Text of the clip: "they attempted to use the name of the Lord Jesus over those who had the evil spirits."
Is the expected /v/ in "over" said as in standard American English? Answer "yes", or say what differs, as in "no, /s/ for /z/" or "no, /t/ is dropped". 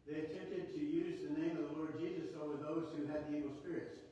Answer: no, /w/ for /v/